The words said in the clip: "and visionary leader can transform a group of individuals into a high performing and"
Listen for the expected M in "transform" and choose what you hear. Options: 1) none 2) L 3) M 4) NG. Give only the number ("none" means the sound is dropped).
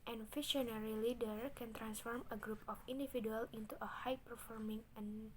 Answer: 3